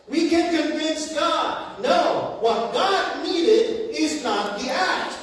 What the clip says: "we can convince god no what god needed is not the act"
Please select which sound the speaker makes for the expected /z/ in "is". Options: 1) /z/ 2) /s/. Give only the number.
1